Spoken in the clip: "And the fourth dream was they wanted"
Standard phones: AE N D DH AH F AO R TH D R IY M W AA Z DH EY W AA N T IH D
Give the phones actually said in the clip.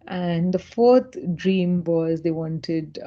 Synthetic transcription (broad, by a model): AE N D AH F AO R T D R IY M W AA Z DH EY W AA N T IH D